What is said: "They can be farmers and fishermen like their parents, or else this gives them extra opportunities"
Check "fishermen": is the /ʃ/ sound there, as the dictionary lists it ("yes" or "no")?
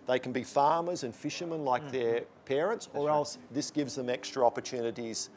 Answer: yes